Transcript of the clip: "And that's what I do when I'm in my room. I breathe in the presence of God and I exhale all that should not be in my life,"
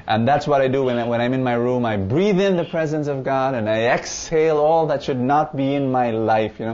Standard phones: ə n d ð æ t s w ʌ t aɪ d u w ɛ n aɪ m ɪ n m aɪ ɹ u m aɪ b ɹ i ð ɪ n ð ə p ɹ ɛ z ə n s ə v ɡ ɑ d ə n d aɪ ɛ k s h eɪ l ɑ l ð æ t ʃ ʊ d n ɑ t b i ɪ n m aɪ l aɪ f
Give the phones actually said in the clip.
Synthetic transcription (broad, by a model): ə n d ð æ t s w ʌ t aɪ d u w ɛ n aɪ m ɪ n m aɪ ɹ u m aɪ b ɹ i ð ɪ n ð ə p ɹ ɛ z ə n s ə v ɡ ɑ d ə n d aɪ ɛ k s eɪ l ɑ l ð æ t ʃ ʊ d n ɑ t b i ɪ n m aɪ l aɪ f